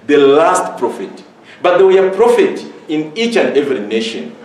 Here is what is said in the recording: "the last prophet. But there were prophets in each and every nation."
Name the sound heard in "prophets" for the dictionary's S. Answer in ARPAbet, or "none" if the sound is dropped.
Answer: none